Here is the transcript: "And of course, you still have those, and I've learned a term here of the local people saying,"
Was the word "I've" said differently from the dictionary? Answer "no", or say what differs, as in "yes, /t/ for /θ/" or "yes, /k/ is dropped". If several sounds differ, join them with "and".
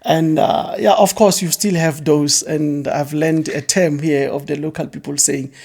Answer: no